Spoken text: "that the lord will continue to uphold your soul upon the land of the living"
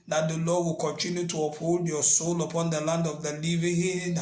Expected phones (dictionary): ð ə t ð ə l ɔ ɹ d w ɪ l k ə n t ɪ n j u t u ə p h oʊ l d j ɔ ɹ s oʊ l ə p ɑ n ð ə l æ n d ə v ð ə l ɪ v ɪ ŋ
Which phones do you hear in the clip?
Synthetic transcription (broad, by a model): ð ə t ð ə l ɔ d w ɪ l k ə n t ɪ n j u t u ə p h oʊ l d j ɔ s oʊ l ə p ɑ n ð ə l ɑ n d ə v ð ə l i v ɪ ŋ